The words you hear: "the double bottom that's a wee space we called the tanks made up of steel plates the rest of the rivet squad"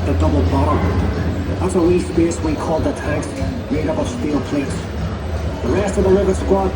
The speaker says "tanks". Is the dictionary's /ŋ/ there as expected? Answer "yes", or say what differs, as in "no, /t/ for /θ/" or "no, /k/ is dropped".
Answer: no, /ŋ/ is dropped